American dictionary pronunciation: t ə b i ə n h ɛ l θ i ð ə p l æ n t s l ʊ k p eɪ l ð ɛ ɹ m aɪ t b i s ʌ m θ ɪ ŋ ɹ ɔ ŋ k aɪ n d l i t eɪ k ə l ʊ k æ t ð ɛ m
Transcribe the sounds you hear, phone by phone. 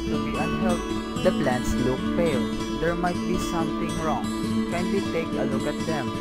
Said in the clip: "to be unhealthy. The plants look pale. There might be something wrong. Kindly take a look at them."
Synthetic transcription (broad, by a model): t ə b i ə n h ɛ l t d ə p l æ n t s l ʊ k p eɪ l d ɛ ɹ m aɪ t b i s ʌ m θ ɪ ŋ ɹ ɔ ŋ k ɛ n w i t eɪ k ə l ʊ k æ t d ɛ m